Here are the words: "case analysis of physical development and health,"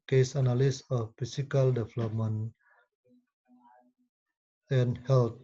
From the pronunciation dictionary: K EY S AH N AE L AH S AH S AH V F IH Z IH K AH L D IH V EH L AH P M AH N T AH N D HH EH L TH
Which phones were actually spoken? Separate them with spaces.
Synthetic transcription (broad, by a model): K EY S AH N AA L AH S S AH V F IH S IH K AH L D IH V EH L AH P M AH N AH N HH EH L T